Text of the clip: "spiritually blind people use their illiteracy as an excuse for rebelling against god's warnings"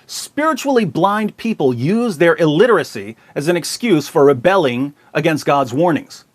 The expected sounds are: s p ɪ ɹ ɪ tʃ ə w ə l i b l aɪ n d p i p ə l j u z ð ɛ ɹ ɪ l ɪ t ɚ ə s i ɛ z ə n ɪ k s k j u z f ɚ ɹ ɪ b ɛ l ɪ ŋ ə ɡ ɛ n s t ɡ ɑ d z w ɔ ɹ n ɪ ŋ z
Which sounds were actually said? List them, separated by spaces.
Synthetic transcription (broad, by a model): s p ɪ ɹ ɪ tʃ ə l i b l aɪ n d p i p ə l j u z ð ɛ ɹ ɪ l ɪ t ɚ ə s i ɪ z ə n ɪ k s k j u z f ɚ ɹ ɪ b ɛ l ɪ ŋ ə ɡ ɛ n s t ɡ ɑ d z w ɔ ɹ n ɪ ŋ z